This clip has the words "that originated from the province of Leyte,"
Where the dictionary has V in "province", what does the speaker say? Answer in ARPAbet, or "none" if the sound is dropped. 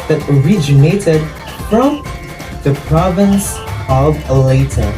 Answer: V